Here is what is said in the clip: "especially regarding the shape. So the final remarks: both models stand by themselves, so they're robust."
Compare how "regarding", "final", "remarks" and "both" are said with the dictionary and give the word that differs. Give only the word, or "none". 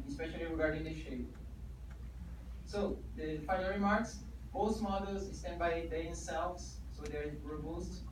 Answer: both